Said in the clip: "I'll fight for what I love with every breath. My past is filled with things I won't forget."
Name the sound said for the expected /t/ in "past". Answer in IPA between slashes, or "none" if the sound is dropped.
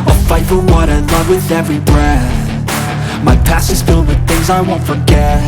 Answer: none